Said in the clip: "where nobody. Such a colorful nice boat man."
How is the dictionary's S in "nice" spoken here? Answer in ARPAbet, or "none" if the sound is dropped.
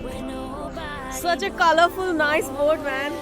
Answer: S